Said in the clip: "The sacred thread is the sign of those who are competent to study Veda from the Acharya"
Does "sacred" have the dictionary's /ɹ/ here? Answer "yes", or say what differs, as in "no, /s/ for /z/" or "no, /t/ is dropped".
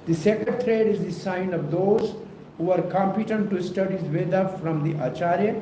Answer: no, /ɹ/ is dropped